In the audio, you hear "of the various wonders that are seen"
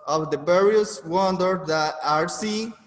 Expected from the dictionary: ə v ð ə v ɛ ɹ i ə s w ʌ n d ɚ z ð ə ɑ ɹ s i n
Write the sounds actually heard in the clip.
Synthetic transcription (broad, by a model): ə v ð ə b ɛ ɹ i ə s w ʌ n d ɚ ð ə ɑ ɹ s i